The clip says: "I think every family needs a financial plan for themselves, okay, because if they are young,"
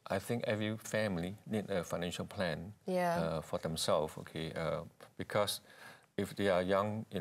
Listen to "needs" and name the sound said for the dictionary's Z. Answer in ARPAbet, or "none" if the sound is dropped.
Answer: none